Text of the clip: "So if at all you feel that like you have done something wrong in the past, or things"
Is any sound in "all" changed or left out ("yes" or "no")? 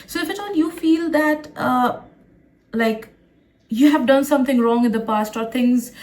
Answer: yes